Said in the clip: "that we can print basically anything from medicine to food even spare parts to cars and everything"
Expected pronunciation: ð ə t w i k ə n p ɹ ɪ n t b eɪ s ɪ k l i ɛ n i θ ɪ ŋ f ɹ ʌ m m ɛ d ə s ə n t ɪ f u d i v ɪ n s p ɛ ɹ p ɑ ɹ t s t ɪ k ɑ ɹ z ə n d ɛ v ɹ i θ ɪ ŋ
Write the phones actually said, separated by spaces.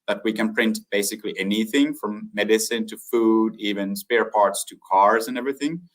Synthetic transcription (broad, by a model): ð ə t w i k ə n p ɹ ɪ n t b eɪ s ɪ k l i ɛ n i θ ɪ ŋ f ɹ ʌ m m ɛ d ə s ə n t ɪ f u d i v ɪ n s p ɛ ɹ p ɑ ɹ t s t ɪ k ɑ ɹ z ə n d ɛ v ɹ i θ ɪ ŋ